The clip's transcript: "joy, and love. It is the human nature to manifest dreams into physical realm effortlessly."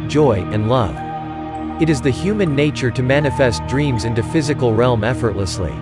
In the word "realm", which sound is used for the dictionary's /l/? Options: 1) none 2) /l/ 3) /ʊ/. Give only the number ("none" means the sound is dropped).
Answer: 2